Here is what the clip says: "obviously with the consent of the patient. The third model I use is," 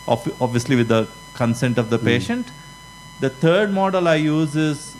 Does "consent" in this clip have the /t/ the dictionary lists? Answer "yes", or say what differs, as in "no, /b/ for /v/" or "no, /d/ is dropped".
yes